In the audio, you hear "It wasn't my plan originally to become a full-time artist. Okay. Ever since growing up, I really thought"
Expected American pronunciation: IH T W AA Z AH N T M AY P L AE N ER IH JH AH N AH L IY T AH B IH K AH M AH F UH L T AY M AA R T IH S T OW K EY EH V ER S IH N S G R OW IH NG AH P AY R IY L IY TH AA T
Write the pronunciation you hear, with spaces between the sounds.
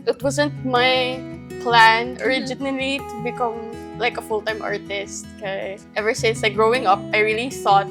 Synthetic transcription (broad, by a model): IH T W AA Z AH N T M AY P L AE N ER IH JH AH N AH L IY T AH B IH K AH M AH F UH L T AY M AA R T IH S T K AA EH V ER S IH N S G R OW IH NG AH P AY R IY L IY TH AA T